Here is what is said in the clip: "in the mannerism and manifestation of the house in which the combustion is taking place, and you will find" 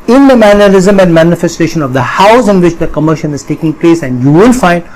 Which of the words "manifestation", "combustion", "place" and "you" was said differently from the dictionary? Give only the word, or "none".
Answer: combustion